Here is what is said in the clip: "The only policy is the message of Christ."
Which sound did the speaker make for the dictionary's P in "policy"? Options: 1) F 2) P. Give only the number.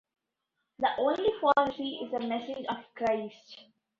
1